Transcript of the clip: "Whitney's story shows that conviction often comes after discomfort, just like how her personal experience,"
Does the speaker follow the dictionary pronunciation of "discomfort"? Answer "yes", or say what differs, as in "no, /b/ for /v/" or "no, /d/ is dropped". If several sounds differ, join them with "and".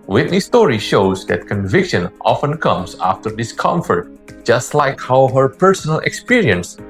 yes